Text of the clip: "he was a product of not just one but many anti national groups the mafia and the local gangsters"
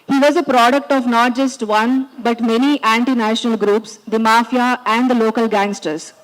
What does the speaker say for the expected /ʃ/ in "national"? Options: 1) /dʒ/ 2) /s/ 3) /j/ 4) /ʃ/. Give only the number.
4